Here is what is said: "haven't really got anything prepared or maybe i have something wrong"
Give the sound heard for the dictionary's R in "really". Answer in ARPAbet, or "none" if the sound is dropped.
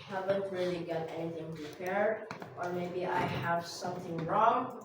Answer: R